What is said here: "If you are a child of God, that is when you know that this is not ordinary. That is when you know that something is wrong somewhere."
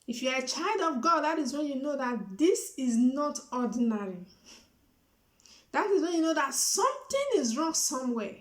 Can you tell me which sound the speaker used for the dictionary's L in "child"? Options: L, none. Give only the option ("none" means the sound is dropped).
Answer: L